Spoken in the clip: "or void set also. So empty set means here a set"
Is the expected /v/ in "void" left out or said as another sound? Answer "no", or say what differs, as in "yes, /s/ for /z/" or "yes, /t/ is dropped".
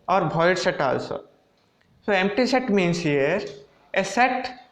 yes, /b/ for /v/